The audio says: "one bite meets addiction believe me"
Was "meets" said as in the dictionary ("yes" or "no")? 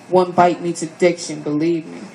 no